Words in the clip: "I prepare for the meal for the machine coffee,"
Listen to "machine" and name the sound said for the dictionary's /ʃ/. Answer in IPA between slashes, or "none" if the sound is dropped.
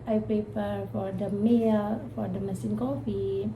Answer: /s/